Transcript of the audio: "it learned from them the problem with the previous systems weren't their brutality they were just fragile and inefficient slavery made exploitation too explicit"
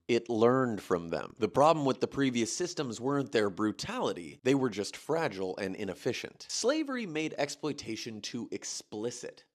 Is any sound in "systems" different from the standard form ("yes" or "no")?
no